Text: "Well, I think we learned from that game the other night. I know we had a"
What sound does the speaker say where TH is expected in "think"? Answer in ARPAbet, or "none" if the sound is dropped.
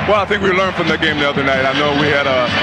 TH